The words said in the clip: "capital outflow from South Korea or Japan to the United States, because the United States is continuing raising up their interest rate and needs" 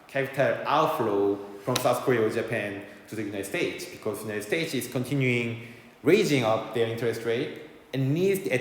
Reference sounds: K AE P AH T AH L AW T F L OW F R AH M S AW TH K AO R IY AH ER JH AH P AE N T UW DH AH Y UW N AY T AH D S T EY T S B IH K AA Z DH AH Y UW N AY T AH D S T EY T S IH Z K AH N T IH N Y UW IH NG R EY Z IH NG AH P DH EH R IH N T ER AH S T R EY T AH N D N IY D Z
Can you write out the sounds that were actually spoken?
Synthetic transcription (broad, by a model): K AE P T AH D AW T F L OW F R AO M S AW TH K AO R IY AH JH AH P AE N T UW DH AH Y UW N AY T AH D S T EY T S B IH K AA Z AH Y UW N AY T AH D S T EY T S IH S K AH N T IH N Y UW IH NG R EY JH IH NG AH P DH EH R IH N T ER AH S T R EY T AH N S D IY